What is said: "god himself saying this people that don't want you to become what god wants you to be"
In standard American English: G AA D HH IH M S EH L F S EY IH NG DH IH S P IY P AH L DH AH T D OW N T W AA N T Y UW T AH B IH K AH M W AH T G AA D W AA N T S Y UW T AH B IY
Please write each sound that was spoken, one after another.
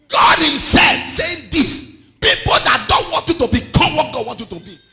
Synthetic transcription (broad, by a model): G AA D HH IH M S EH L F S EY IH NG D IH S P IY P AH L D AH T D OW N T W AA N T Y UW T AH B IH K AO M W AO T G AA D W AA N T Y UW T AH B IY